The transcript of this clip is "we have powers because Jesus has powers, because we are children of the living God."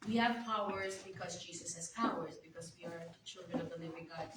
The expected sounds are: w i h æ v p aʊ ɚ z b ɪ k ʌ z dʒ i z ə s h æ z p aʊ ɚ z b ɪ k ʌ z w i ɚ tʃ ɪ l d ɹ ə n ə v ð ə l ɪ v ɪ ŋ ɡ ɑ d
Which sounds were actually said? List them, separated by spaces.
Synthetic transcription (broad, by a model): w i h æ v p aʊ ɚ z b ɪ k ʌ z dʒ i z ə s h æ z p aʊ ɚ z b ɪ k ʌ z w i ɚ tʃ ɪ l d ɹ ə n ə v ð ə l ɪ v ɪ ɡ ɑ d